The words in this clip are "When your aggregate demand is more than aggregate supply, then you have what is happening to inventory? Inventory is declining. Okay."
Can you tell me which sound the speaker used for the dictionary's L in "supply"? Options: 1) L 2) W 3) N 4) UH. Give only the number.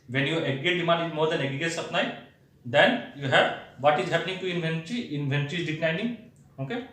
3